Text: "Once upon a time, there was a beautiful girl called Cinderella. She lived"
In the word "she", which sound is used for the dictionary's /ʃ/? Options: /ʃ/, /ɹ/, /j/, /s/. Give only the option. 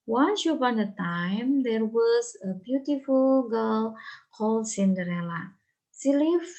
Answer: /s/